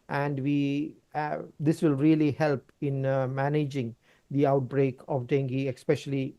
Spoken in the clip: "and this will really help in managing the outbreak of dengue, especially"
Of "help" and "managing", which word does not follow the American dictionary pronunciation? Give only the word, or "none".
none